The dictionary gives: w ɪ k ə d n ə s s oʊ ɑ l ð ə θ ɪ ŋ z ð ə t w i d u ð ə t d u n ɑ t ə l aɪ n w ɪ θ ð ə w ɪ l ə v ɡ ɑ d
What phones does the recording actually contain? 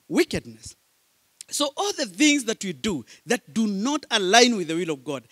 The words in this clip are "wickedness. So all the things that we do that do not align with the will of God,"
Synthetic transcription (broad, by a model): w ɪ k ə d n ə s s oʊ ɑ l ð ə θ ɪ ŋ z ð ə t w i d u ð ə t d u n ɑ t ə l aɪ n w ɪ ð ə w ɪ l ə v ɡ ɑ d